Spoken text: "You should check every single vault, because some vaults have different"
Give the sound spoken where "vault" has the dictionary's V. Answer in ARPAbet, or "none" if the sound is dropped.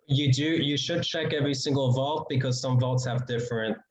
V